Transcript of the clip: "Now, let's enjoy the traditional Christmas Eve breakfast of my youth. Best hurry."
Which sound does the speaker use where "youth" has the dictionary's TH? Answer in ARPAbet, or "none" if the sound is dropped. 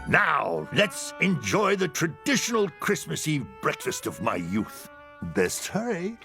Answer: TH